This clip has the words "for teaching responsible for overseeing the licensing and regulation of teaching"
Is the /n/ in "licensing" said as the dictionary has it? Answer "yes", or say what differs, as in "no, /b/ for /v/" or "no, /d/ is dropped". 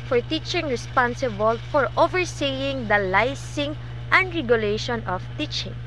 no, /n/ is dropped